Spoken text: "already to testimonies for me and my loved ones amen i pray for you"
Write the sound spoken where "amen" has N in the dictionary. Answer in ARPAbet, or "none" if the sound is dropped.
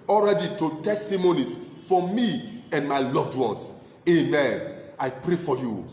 N